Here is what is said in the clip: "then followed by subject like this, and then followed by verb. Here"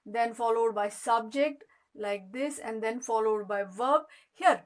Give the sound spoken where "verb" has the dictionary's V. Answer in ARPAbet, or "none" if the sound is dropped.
V